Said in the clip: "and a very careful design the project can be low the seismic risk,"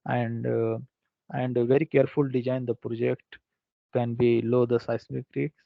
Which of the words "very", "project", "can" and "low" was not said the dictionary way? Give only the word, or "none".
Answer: none